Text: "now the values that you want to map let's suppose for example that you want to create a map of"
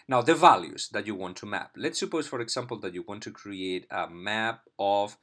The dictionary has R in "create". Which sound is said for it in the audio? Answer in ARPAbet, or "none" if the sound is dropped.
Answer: R